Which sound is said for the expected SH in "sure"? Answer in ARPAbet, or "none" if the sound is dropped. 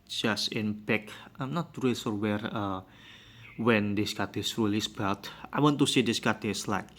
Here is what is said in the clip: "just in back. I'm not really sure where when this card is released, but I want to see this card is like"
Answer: S